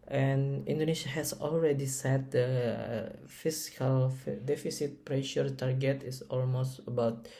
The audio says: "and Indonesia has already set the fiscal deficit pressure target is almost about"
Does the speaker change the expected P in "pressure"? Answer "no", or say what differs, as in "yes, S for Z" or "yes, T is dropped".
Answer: no